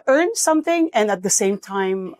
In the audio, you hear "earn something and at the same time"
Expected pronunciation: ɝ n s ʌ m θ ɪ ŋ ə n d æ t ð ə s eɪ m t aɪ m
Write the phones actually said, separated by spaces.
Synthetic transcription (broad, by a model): ɝ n s ʌ m θ ɪ ŋ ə n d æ t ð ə s eɪ m t aɪ m